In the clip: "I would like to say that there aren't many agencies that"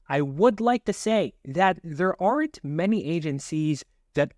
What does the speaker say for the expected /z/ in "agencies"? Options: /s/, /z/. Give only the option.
/z/